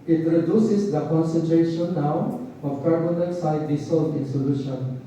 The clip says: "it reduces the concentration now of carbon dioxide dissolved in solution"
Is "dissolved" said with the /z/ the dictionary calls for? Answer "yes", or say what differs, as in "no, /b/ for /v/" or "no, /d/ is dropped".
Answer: no, /s/ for /z/